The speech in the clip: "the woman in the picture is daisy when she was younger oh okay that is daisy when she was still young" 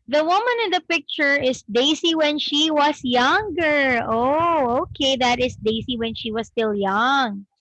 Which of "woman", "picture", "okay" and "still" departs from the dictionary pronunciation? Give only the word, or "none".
none